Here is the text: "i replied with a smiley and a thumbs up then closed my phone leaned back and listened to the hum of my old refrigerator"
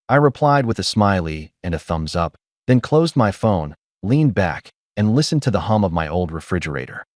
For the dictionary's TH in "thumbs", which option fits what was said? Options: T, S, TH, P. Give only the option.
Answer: TH